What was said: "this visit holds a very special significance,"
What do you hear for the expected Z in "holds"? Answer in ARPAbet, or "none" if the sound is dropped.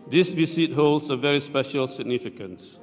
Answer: S